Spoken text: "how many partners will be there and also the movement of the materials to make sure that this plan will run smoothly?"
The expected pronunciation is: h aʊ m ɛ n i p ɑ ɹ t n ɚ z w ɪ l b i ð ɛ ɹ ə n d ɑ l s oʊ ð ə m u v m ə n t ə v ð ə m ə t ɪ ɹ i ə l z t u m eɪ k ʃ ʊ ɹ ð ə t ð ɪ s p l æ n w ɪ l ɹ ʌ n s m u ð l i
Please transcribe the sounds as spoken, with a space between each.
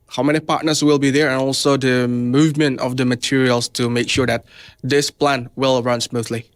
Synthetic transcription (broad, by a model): h aʊ m ɛ n i p ɑ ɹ t n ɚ s w ɪ l b i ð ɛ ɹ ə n ɑ l s oʊ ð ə m u v m ə n t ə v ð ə m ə t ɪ ɹ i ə l s t u m eɪ k ʃ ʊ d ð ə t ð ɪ s p l æ n w ɪ l ɹ ʌ n s m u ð l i